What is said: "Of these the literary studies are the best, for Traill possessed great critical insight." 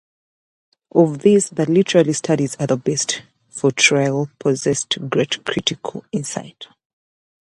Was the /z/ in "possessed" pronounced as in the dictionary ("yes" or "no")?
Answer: yes